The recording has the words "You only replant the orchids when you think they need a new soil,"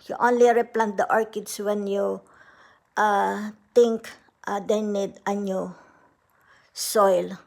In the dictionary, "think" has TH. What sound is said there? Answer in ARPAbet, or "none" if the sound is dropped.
T